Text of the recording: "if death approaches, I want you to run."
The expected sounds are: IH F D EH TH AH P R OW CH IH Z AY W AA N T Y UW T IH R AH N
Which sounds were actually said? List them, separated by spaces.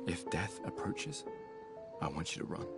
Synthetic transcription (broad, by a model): IH F D EH TH AH P R OW CH IH Z AY W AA N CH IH T IH R AH N